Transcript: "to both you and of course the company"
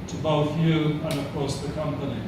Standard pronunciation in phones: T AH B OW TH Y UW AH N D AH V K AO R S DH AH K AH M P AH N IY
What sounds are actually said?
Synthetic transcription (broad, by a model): T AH B OW TH Y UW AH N AH V K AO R S DH AH K AH M P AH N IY